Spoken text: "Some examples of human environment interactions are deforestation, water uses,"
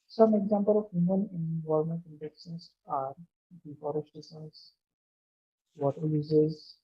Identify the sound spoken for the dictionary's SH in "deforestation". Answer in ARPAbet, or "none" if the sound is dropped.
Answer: S